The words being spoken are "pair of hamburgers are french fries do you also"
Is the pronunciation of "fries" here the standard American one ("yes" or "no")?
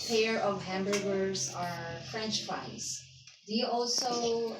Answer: no